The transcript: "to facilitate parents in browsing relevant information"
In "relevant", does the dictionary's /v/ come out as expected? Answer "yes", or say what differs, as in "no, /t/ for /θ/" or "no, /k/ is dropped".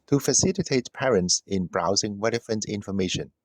no, /f/ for /v/